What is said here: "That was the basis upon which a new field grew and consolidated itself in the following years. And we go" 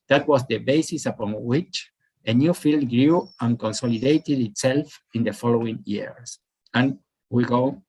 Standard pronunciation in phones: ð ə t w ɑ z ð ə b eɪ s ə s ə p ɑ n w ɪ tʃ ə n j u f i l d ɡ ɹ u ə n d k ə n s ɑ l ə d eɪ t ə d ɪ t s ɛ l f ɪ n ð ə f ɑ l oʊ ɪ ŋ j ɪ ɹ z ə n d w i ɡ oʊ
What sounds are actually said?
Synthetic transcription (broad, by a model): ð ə t w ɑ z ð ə b eɪ s ə s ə p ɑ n w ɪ tʃ ə n j u f i l d ɡ ɹ u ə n k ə n s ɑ l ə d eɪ t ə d ɪ t s ɛ l f ɪ n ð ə f ɑ l oʊ ɪ ŋ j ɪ ɹ s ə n w i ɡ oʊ